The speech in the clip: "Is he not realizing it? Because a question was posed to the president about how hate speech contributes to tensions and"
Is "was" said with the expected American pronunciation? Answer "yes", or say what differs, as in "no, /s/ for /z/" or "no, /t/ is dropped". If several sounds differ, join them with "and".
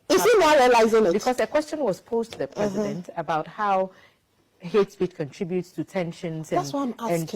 no, /s/ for /z/